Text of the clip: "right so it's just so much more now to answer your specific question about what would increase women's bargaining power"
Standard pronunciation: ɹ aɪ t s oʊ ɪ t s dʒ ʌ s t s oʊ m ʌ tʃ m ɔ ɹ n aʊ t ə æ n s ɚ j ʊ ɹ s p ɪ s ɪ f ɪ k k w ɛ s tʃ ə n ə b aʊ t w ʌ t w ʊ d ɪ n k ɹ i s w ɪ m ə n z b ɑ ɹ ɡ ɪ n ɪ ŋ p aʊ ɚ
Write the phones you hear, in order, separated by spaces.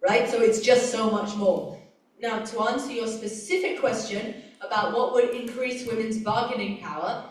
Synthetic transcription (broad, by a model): ɹ aɪ t s oʊ ɪ t s dʒ ʌ s t s oʊ m ʌ tʃ m ɔ ɹ n aʊ t ə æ n s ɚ j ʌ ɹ s p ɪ s ɪ f ɪ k k w ɛ s tʃ ə n ə b aʊ t w ʌ t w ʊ d ɪ n k ɹ i s w ɪ m ə n z b ɑ ɹ ɡ ɪ n ɪ ŋ p aʊ ɚ